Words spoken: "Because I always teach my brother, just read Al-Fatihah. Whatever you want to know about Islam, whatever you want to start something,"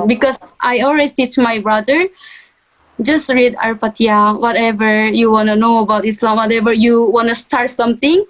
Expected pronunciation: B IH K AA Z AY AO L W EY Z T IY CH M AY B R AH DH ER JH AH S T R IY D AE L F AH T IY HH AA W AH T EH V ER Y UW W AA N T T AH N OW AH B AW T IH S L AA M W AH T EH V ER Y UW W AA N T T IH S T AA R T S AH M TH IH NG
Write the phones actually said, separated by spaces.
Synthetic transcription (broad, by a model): B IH K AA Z AY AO L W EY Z T IY CH M AY B R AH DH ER JH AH S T R IY D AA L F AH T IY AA W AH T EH V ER Y UW W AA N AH N OW AH B AW T IH S L AA M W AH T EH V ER Y UW W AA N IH S T AA R T S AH M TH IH NG